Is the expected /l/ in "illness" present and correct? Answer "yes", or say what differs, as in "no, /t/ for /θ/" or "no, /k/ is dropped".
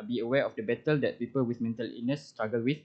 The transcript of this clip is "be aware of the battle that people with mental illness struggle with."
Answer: no, /l/ is dropped